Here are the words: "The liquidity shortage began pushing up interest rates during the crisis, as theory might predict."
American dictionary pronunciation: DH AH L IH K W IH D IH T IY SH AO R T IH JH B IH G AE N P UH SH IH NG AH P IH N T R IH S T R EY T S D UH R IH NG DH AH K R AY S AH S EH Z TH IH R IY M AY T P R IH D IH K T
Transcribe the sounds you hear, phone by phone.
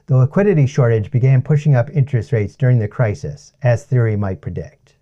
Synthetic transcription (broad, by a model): DH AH L IH K W IH D IH T IY SH AO R T IH JH B IH G AE N P UH SH IH NG AH P IH N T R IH S T R EY T S D UH R IH NG DH AH K R AY S AH S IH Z TH IH R IY M AY T P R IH D IH K T